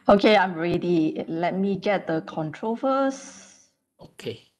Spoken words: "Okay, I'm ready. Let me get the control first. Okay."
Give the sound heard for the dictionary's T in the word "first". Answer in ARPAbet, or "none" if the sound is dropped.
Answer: none